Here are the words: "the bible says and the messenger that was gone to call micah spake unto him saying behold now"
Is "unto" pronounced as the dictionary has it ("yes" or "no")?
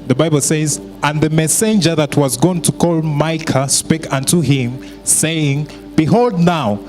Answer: yes